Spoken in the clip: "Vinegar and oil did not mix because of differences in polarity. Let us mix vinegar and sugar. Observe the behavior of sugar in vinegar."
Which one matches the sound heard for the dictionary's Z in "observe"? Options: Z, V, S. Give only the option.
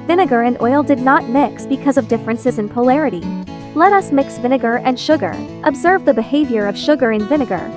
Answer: Z